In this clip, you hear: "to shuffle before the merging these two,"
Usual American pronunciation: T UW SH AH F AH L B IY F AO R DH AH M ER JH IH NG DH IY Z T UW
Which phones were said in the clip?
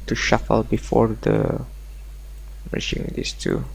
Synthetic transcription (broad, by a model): T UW SH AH F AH L B IY F AO R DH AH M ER SH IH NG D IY S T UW